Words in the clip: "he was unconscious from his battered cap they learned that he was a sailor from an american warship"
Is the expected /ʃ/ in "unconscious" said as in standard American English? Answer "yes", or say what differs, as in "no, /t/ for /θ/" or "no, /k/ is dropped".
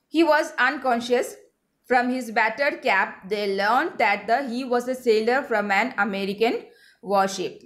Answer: yes